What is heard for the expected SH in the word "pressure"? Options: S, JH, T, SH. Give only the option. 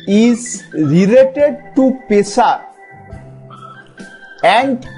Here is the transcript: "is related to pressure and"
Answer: S